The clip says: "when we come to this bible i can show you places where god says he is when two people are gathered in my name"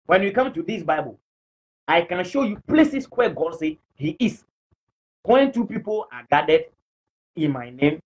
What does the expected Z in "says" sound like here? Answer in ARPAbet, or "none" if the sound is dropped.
none